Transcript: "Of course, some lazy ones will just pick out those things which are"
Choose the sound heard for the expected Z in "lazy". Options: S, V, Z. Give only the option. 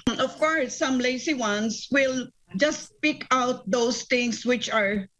S